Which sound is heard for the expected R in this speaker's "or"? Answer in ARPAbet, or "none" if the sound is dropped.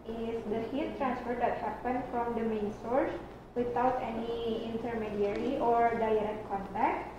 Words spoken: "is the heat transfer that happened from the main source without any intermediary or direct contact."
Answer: R